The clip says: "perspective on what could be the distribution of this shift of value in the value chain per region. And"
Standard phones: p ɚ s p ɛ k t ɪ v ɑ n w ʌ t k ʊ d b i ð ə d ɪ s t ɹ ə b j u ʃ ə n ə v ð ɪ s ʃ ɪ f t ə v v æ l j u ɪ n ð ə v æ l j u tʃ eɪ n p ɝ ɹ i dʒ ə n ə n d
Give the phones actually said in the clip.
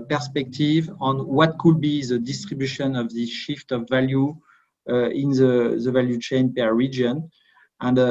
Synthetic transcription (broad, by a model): p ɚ s p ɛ k t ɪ v ɑ n w ʌ t k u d b i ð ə d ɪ s t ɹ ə b j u ʃ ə n ə v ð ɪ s ʃ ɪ f t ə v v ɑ l j u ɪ n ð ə v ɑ l j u tʃ eɪ n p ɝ ɹ i dʒ ə n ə n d